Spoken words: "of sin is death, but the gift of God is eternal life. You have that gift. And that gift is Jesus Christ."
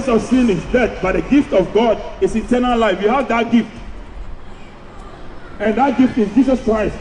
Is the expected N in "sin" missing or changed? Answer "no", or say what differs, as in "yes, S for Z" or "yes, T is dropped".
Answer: no